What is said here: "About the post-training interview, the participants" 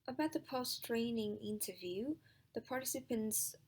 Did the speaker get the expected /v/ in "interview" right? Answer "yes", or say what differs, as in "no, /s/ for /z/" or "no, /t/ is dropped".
yes